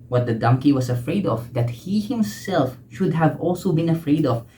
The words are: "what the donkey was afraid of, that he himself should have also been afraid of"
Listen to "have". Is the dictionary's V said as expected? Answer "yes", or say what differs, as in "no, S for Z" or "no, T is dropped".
yes